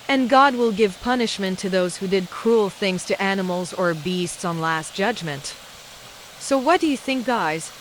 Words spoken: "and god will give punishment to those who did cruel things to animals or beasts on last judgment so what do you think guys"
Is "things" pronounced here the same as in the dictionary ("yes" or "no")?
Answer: yes